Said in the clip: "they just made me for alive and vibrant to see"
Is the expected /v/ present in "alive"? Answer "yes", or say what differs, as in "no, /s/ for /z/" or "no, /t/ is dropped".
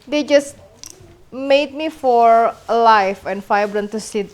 no, /f/ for /v/